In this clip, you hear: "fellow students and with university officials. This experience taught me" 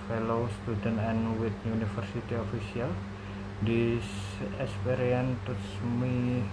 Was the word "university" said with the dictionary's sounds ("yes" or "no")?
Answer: no